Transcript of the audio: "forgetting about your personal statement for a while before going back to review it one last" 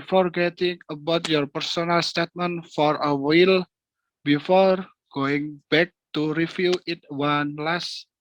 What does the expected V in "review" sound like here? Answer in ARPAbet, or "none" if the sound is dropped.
F